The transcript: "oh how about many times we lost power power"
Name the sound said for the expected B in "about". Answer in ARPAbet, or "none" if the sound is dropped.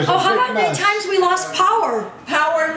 none